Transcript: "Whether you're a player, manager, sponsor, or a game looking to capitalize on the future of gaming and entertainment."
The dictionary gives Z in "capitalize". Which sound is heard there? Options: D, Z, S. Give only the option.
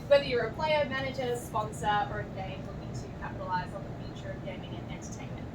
Z